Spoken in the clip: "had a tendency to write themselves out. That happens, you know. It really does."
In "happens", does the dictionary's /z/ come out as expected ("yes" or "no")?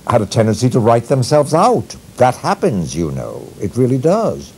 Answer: yes